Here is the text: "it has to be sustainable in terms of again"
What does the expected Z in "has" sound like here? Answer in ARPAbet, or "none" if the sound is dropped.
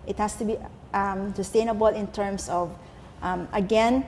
S